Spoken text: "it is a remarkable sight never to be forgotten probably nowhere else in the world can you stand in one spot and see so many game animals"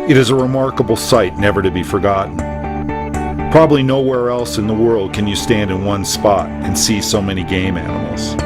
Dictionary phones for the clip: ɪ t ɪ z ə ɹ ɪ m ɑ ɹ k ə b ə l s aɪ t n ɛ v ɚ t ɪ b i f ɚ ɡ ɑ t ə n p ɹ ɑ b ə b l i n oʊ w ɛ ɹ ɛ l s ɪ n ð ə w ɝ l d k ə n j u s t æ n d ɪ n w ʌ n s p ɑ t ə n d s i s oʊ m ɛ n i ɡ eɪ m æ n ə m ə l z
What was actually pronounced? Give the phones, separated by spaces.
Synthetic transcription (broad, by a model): ɪ t ɪ z ə ɹ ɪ m ɑ ɹ k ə b l s aɪ t n ɛ v ɚ t ɪ b i f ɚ ɡ ɑ t n p ɹ ɑ b ə b l i n oʊ w ɛ ɹ ɛ l s ɪ n ð ə w ɝ l d k ə n j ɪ s t æ n d ɪ n w ʌ n s p ɑ t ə n s i s oʊ m ɛ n i ɡ eɪ m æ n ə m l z